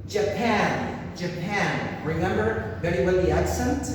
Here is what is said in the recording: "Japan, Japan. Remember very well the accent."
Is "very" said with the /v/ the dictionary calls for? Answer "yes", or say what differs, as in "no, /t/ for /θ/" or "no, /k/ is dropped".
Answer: no, /b/ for /v/